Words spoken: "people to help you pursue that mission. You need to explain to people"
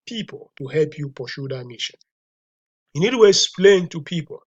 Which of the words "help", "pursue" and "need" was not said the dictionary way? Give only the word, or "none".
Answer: pursue